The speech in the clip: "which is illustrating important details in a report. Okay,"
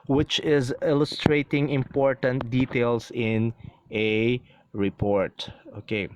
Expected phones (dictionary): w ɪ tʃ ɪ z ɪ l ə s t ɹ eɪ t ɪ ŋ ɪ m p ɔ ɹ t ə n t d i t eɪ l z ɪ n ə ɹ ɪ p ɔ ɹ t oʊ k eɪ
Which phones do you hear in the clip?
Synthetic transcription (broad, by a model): w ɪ tʃ ɪ z ɪ l ə s t ɹ eɪ t ɪ ŋ ɪ m p ɔ ɹ t ə n t d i t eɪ l s ɪ n ə ɹ ɪ p ɔ ɹ t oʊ k eɪ